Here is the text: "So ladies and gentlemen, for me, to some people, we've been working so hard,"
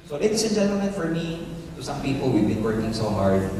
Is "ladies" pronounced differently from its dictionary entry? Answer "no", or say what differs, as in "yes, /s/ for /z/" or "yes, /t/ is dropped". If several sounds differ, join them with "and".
yes, /s/ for /z/